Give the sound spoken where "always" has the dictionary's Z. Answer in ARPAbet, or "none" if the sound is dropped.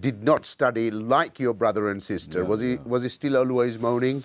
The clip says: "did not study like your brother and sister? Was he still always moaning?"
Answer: Z